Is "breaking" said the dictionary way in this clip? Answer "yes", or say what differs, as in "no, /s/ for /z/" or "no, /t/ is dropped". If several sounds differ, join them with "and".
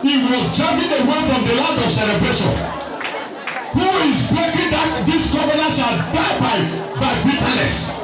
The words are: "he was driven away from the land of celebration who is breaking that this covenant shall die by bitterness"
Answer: no, /ɹ/ is dropped